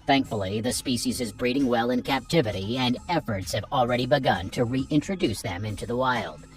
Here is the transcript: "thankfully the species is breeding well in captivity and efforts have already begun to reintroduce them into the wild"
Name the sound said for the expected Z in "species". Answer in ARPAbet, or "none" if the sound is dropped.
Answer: Z